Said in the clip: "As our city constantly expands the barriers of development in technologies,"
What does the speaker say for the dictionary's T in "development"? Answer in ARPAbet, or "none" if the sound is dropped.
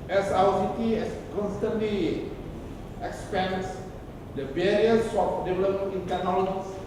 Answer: none